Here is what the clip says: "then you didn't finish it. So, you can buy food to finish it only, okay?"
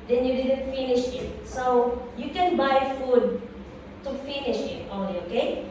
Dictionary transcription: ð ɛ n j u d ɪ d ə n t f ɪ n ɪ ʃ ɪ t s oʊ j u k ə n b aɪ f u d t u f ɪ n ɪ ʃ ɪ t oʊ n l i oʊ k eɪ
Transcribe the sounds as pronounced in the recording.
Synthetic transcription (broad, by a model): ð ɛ n j u d ɪ d ə n t f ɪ n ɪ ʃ ɪ t s oʊ j u k ə n b aɪ f u d t u f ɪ n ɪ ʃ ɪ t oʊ l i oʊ k eɪ